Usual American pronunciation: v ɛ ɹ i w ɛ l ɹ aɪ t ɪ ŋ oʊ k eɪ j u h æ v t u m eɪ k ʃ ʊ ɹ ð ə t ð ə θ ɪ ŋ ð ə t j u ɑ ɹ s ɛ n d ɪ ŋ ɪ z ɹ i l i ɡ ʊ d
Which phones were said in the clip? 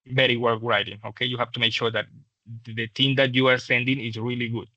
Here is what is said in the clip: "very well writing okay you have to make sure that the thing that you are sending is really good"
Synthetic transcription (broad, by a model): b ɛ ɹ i w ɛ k ɹ aɪ t ɪ ŋ oʊ k eɪ j u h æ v t u m eɪ k ʃ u ɹ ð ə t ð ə t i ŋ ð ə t j u ɑ ɹ s ɛ n d ɪ ŋ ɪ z ɹ i l i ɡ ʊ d